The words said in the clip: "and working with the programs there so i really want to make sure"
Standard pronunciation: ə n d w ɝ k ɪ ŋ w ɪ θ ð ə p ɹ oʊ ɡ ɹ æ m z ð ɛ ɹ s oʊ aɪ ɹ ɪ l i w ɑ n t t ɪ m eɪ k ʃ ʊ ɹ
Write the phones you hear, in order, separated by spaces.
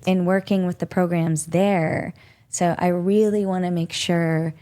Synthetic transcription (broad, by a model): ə n w ɝ k ɪ ŋ w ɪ ð ə p ɹ oʊ ɡ ɹ æ m z ð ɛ ɹ s oʊ aɪ ɹ ɪ l i w ɑ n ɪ m eɪ k ʃ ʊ ɹ